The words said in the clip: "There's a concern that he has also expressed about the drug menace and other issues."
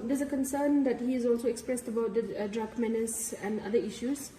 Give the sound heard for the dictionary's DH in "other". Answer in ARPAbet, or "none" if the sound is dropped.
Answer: none